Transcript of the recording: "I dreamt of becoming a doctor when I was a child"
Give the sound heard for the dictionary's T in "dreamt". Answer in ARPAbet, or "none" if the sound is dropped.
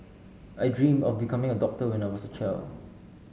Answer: none